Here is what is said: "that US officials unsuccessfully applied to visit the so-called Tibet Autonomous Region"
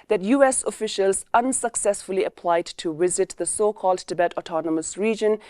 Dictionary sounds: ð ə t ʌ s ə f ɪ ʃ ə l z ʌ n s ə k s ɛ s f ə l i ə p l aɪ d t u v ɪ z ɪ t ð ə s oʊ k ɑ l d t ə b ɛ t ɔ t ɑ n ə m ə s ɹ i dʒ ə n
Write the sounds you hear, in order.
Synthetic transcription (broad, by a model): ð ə t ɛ s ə f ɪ ʃ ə l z ʌ n s ə k s ɛ s f ə l i ə p l aɪ d t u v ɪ z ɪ t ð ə s oʊ k ɑ l d t ə b ɛ t ɔ t ɑ n ə m ə s ɹ i dʒ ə n